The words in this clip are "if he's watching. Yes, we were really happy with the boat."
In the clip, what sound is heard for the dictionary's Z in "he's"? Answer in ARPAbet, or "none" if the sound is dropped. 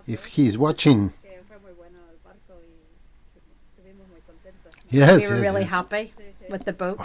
Z